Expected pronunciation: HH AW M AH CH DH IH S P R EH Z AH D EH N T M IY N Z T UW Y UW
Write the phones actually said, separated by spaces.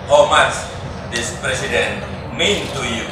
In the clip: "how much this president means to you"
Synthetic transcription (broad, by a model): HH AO M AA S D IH S P R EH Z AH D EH N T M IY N T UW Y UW